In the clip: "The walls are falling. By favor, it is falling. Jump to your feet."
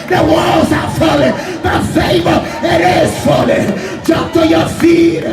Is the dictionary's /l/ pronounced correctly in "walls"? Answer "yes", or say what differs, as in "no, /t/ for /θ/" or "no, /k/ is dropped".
no, /l/ is dropped